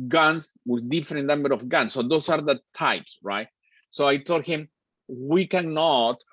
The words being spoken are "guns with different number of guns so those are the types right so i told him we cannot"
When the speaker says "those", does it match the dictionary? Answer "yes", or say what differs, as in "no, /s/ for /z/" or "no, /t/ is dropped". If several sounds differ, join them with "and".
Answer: no, /s/ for /z/